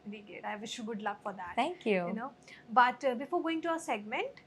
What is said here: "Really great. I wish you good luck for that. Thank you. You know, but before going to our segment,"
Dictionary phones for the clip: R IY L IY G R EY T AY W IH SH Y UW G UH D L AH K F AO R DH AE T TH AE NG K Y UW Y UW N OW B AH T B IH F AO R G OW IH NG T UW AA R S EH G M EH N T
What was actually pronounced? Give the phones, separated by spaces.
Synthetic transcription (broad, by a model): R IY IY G EY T AY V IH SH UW G UH D L AH K F AO R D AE T T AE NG K Y UW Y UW N OW B AH T B IH F AO R G OW IH NG T UW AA S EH G M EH N T